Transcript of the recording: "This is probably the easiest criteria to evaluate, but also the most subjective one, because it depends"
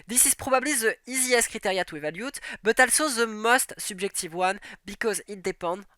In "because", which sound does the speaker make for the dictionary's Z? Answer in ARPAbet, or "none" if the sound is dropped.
Z